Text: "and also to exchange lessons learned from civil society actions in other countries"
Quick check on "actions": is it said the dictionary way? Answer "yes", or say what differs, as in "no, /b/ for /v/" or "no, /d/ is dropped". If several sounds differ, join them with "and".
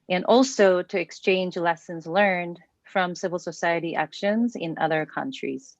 yes